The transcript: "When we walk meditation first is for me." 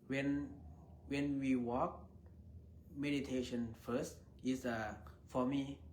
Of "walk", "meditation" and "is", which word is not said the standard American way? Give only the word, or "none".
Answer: is